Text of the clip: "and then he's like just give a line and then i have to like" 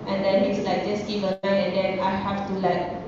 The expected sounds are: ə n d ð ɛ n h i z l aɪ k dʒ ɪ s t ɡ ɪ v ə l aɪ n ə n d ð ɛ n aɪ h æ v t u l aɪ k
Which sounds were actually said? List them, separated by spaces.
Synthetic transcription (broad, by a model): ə n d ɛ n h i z l aɪ k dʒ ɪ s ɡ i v ə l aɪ ə n d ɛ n aɪ h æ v t u l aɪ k